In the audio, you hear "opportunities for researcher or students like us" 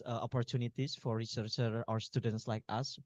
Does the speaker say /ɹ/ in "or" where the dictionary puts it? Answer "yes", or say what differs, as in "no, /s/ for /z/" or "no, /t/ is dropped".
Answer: no, /w/ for /ɹ/